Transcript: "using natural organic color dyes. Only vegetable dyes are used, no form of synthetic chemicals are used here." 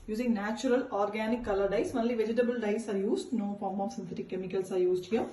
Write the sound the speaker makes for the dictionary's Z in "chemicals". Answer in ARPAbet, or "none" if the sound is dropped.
S